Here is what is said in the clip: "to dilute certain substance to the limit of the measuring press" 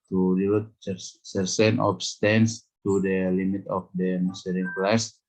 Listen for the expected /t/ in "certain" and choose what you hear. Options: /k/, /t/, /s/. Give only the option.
/s/